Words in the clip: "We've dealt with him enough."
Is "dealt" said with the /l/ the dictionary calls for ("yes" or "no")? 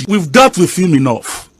no